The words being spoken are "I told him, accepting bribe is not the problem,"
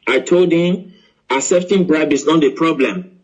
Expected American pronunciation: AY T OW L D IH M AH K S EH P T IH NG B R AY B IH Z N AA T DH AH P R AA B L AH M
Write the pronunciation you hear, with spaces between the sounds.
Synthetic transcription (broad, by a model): AY T OW L D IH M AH S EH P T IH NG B R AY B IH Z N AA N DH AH P R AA B L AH M